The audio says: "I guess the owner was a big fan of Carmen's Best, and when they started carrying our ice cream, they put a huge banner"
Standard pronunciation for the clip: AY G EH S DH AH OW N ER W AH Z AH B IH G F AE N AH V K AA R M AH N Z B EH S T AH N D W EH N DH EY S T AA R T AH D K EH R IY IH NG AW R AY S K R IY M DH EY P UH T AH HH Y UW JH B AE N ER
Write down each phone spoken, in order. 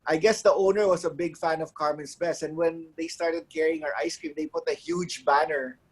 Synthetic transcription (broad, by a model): AY G EH S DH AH OW N ER W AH S AH B IH G F AE N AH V K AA R M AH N S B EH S AH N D W EH N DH EY S T AA R T AH D K EH R IY IH NG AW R AY S K R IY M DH EY P UH T AH HH Y UW JH B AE N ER